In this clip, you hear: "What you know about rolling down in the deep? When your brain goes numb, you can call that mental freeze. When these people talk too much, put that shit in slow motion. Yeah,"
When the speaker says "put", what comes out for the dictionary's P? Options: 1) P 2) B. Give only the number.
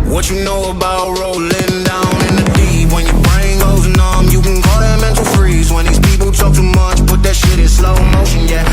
2